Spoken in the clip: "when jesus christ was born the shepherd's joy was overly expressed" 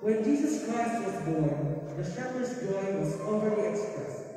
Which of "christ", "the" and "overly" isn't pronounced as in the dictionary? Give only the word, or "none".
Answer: overly